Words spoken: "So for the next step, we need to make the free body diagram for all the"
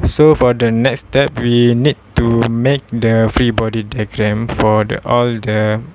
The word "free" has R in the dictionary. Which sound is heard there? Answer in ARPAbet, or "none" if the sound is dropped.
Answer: R